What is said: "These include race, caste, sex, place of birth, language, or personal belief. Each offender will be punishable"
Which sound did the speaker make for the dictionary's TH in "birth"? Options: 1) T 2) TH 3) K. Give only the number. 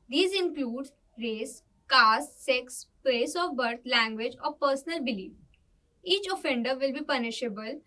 1